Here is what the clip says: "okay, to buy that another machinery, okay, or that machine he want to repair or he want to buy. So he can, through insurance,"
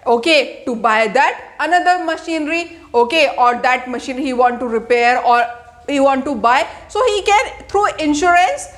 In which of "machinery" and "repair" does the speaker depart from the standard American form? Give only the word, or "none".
none